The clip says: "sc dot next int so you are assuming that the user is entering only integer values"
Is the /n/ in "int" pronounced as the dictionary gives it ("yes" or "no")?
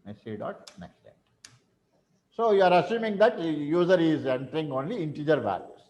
no